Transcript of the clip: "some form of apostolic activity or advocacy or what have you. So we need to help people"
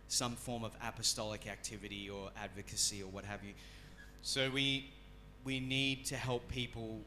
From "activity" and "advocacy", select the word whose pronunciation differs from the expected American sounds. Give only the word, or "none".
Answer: none